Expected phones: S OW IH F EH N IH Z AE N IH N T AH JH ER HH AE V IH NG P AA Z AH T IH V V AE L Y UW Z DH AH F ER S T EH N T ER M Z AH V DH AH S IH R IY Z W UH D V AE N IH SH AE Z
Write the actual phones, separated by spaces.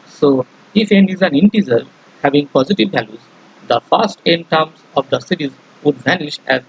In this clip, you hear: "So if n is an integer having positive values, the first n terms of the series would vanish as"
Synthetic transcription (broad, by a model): S OW IH F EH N IH Z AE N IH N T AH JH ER HH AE V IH NG P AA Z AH T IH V V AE L Y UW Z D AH F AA S T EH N T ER M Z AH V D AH S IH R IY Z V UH D V AE N IH SH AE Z